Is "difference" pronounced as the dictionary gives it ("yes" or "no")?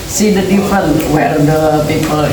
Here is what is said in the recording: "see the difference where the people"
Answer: no